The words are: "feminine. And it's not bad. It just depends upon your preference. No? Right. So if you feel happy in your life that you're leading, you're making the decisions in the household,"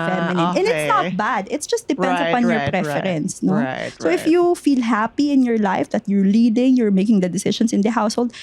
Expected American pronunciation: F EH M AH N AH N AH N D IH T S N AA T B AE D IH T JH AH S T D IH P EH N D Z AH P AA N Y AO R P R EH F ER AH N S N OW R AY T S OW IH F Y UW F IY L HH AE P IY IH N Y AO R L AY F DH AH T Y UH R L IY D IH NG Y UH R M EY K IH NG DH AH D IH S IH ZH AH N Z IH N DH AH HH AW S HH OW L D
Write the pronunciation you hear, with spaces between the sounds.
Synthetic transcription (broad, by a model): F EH M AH N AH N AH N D IH T S N AA T B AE D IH T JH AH S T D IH P EH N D S AH P AA N Y AO R P R EH F ER AH N S N OW S OW IH F Y UW F IY L HH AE P IY IH N Y AO R L AY F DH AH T Y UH R L IY D IH NG Y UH R M EY K IH NG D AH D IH S IH SH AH N S IH N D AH HH AW S HH OW L D